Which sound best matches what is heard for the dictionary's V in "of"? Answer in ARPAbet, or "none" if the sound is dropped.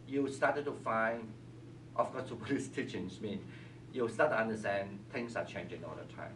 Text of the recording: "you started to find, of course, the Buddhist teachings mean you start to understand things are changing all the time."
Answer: F